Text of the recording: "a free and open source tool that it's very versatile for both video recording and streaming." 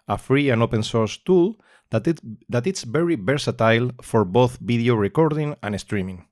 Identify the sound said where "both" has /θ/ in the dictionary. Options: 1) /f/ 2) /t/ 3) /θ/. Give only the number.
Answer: 3